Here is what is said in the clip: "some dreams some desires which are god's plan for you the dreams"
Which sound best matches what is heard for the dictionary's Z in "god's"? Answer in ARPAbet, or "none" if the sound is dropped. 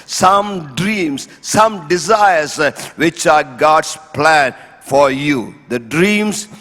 S